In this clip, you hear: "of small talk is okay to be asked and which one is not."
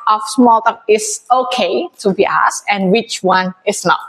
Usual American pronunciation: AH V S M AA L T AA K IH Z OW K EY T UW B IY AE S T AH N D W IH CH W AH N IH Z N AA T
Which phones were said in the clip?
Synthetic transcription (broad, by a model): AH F S M AA L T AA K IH S OW K EY T UW B IY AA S AH N W IH CH W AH N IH S N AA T